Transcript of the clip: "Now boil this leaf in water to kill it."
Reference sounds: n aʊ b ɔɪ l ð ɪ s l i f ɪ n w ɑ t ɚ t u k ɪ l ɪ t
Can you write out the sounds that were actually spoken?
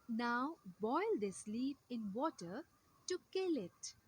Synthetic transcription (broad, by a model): n aʊ b ɔɪ l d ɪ s l i p ɪ n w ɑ t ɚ t u k ɪ l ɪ t